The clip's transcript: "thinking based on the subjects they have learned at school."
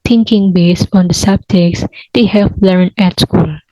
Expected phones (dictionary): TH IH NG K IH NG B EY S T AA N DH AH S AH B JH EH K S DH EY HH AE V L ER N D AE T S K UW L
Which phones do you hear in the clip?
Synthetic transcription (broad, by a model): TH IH NG K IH NG B EY S T AA N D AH S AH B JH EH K S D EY HH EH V L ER N AE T S K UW L